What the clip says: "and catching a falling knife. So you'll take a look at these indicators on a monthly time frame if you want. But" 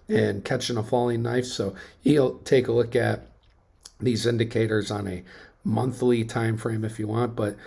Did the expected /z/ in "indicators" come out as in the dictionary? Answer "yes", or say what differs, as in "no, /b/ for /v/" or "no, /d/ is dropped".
yes